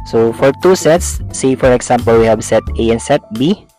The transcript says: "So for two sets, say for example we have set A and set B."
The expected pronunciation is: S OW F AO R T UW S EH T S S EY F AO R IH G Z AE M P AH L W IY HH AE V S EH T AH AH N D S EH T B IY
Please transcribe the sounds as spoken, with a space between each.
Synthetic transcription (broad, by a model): S OW F AO R T UW S EH T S S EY F AO R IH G S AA M P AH L W IY HH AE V S EH T AH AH N S EH T B IY